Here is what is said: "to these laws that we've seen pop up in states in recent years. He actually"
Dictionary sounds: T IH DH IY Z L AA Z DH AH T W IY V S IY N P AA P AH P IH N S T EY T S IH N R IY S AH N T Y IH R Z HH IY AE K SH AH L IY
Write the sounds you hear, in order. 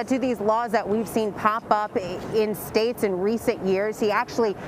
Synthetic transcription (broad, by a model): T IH DH IY Z L AA Z DH AH T W IY V S IY N P AA P AH P IH N S T EY T S IH N R IY S AH N T Y IH R Z HH IY AE K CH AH L IY